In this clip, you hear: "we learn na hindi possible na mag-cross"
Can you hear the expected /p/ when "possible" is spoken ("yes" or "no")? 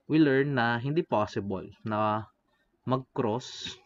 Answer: yes